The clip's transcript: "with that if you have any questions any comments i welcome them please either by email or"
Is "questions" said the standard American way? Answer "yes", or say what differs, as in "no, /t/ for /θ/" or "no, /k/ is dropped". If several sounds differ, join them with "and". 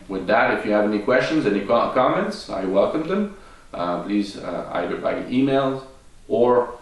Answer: yes